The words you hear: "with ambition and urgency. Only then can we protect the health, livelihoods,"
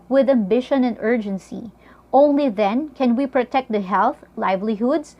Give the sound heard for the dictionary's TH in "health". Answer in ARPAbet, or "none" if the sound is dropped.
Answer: TH